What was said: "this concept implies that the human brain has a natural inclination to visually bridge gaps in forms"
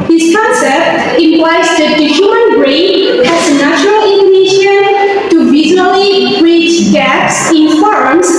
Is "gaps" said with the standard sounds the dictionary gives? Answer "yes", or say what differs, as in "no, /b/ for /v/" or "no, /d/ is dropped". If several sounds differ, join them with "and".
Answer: yes